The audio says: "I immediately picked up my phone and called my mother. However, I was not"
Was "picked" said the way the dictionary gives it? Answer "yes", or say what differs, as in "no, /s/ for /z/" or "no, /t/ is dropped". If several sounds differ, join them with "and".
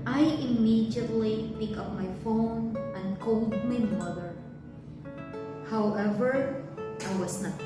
no, /t/ is dropped